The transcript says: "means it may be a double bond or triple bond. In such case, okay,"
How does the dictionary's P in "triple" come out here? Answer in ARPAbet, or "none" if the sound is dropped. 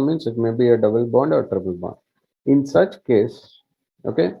B